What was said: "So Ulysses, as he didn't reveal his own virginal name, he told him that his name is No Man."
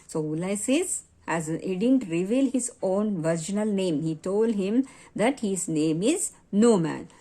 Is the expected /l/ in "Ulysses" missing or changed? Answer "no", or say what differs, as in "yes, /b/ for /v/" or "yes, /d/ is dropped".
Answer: yes, /l/ is dropped